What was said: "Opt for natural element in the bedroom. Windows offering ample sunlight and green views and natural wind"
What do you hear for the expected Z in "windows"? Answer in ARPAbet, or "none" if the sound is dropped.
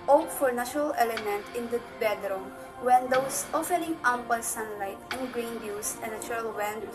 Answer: S